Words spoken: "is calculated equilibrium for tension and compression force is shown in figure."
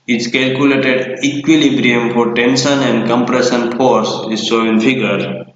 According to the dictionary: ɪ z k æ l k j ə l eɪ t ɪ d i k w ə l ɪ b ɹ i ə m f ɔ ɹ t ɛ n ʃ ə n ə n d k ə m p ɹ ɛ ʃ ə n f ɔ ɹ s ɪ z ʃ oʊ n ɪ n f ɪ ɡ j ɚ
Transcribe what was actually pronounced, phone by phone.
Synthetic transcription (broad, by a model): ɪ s k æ l k j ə l eɪ t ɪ d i k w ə l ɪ b ɹ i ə m f ɔ ɹ t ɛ n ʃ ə n ə n d k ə m p ɹ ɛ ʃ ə n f ɔ ɹ s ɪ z s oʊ ɪ n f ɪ ɡ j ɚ